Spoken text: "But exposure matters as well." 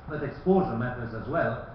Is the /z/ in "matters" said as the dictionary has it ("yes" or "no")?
yes